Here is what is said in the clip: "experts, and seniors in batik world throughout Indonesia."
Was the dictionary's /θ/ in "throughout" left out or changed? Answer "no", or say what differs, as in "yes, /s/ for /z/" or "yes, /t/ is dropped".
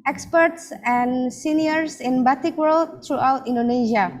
yes, /t/ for /θ/